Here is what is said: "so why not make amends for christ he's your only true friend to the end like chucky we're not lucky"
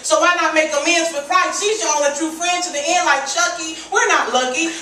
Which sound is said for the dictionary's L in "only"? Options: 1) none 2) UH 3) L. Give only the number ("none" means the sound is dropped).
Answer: 1